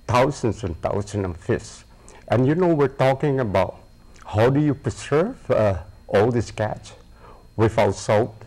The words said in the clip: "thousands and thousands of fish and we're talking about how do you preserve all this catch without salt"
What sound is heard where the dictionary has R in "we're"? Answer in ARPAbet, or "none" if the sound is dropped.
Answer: R